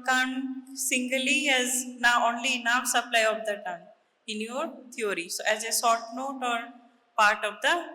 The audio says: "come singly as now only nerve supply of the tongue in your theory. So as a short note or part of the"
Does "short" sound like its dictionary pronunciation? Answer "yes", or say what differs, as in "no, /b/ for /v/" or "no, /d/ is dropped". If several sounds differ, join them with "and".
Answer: no, /s/ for /ʃ/